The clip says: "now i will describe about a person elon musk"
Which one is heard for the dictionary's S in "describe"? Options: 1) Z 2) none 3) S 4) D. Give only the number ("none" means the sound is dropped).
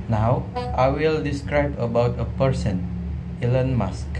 3